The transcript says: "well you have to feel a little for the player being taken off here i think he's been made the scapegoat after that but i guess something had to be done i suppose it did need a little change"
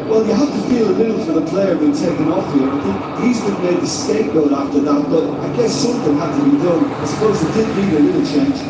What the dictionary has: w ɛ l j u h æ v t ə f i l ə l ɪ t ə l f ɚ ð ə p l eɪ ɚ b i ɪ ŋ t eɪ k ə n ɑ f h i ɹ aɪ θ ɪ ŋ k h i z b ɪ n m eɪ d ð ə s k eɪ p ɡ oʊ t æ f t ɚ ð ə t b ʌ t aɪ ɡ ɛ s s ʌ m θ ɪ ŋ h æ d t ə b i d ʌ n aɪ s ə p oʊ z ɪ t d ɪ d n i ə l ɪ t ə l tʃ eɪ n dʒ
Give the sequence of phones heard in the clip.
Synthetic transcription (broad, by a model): w ɛ l j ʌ h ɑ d t ə f i l ə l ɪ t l f ɚ ð ə p l eɪ ɚ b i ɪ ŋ t eɪ k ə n ɑ f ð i ɹ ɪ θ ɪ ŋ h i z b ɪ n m eɪ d ð ə s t eɪ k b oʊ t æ f t ɚ ð ə t b ʌ t aɪ ɡ ɛ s s ʌ m θ ɪ ŋ h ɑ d t ə b i d ʌ n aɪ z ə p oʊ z ɪ t d ɪ d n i ə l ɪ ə l tʃ eɪ n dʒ